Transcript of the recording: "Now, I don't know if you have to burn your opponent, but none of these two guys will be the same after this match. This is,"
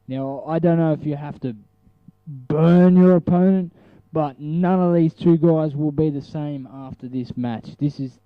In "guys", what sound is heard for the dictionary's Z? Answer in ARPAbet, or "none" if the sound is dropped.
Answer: Z